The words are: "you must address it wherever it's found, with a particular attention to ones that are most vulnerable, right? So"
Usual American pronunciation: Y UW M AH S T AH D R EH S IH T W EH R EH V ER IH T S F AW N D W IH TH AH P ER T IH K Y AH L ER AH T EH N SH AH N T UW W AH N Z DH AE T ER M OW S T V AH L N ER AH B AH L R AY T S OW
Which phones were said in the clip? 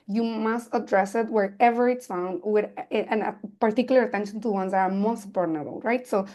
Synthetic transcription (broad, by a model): Y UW M AH S T AH D R EH S IH T W EH R EH V ER IH T S F AW N D W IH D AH P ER T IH K Y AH L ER AH T EH N SH AH N T UW W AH N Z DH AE T ER M OW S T P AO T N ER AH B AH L R AY T S OW